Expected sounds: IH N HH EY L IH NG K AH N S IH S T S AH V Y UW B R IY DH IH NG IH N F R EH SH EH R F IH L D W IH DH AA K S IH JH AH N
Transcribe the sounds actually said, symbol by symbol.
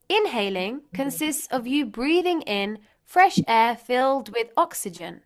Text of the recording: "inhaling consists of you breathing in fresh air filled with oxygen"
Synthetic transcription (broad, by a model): IH N HH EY L IH NG K AH N S IH S T S AH V Y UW B R IY DH IH NG IH N F R EH SH EH F IH L D W IH DH AA K S IH JH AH N